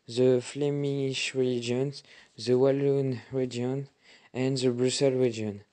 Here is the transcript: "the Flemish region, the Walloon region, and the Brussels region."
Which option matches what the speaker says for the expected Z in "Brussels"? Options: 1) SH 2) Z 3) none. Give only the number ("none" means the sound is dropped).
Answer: 3